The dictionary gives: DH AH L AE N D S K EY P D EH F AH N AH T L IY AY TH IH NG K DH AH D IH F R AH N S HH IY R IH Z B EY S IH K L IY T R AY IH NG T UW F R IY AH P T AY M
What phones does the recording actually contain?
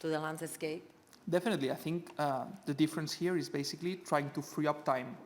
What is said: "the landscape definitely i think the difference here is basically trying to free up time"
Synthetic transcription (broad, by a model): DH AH L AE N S S K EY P D EH F AH N AH T L IY AY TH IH NG K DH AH D IH F R AH N S HH IY R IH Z B EY S IH K L IY T R AY IH NG T UW F R IY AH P T AY M